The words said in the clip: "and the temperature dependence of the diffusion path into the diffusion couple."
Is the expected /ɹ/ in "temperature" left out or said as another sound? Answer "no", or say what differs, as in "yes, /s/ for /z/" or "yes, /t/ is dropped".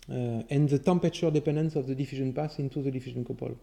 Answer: yes, /ɹ/ is dropped